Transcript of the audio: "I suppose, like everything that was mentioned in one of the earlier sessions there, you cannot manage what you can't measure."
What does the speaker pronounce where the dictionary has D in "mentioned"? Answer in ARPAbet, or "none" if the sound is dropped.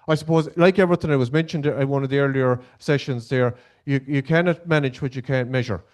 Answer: D